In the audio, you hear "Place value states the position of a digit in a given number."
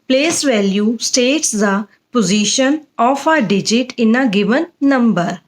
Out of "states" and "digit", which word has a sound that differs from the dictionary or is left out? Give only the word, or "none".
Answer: none